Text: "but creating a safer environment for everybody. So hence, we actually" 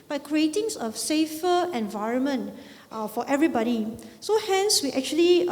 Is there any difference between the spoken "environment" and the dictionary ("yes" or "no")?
no